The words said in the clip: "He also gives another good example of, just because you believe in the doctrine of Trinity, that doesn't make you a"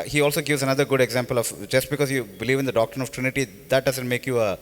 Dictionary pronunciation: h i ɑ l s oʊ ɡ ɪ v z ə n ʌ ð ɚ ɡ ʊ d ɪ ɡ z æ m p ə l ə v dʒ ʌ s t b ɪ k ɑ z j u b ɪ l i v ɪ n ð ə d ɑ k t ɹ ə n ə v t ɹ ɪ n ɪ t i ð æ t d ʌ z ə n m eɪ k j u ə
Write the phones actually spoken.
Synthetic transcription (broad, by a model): h i ɑ l s oʊ ɡ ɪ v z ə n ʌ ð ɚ ɡ ʊ d ɪ ɡ z æ m p ə l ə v dʒ ʌ s t b ɪ k ɑ z j u b ɪ l i v ɪ n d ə d ɑ k t ɹ ə n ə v t ɹ ɪ n ɪ t i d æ t d ʌ z ə n m eɪ k j u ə